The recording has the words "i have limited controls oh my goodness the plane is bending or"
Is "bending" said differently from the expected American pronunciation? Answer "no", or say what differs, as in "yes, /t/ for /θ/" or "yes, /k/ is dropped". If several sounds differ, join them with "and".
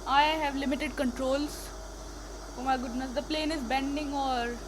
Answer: no